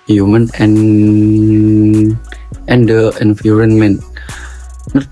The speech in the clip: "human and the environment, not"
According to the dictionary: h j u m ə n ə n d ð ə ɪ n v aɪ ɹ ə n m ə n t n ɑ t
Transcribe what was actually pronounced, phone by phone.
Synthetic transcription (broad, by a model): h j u m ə n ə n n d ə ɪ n f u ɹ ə n m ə n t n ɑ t